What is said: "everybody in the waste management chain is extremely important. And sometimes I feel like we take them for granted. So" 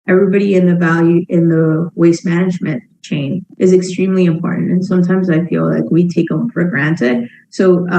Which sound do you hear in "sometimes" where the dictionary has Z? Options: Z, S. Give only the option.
Z